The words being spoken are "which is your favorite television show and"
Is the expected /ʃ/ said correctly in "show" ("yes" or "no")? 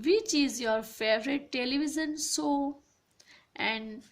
no